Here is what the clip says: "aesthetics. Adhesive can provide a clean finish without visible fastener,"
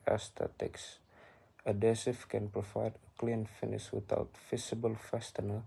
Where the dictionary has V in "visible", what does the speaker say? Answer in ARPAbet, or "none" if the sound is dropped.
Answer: F